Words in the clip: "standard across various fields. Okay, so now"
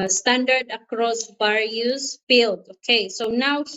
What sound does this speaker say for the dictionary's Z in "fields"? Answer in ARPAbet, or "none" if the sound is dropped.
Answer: none